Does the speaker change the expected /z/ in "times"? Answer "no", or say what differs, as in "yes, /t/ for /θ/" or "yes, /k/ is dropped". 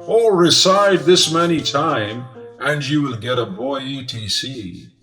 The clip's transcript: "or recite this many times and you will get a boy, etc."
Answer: yes, /z/ is dropped